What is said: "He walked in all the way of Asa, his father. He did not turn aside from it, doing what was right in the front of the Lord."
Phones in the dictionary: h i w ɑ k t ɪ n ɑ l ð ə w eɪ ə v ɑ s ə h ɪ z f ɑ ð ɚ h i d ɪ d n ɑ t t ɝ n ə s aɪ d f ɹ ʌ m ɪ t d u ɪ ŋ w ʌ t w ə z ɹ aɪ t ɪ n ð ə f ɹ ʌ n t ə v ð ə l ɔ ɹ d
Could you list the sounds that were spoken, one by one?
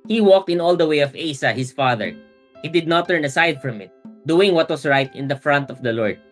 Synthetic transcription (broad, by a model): h i w ɑ k t ɪ n ɑ l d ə w eɪ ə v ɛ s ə h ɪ s f ɑ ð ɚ h i d ɪ d n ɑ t t ɝ n ə s aɪ d f ɹ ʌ m ɪ t d u ɪ ŋ w ʌ t w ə s ɹ aɪ t ɪ n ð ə f ɹ ʌ n t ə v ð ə l ɔ ɹ d